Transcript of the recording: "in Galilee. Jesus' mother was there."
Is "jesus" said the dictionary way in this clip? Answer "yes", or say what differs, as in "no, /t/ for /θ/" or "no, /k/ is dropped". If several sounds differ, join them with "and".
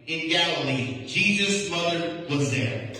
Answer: yes